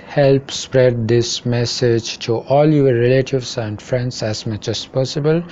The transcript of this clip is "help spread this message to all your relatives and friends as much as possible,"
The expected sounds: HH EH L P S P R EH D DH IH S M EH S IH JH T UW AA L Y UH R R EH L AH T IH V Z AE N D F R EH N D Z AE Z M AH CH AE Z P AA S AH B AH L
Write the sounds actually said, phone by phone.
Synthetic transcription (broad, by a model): HH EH L P S P R EH D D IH S M EH S IH JH T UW AA L Y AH R R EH L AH T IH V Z AE N D F R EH N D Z AE Z M AH CH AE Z P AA S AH B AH L